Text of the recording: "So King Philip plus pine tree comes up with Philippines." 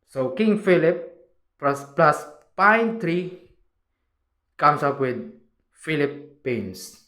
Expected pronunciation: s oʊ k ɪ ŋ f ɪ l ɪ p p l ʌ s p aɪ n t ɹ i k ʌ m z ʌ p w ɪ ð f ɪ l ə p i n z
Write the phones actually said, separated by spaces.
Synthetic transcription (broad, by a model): s oʊ k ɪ ŋ f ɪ l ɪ p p l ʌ s p aɪ n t ɹ i k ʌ m s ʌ p w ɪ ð f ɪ l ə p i n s